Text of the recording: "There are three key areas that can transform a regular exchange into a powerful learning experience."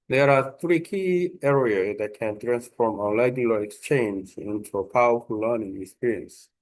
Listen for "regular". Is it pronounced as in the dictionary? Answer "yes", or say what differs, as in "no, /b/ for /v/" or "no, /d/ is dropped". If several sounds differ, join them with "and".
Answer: no, /l/ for /ɹ/